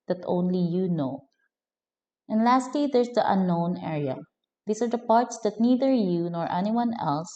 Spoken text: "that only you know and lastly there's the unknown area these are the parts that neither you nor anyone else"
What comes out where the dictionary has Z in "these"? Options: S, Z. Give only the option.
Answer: S